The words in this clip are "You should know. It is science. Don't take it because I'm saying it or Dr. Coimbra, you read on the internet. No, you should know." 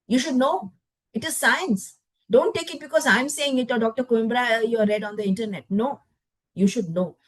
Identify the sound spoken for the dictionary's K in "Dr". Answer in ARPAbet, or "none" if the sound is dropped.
K